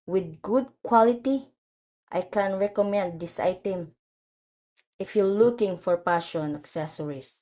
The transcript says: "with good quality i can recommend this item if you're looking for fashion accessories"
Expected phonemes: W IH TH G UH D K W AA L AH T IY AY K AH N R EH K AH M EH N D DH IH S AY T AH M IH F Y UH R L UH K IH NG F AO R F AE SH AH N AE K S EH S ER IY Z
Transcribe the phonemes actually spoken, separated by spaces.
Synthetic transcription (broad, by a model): W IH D G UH D K W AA L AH T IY AY K AH N R EH K AH M EH N D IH S AY T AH M IH F Y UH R L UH K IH NG F AO R P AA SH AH N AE K S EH S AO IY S